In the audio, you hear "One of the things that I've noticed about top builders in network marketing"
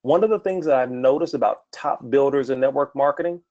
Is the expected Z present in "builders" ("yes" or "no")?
yes